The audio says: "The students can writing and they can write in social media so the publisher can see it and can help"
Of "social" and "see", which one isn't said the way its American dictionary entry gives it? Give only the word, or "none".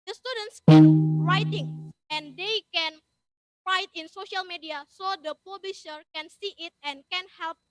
none